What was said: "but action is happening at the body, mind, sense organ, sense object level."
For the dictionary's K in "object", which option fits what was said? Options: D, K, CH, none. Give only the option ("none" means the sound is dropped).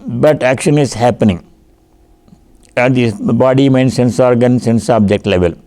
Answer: K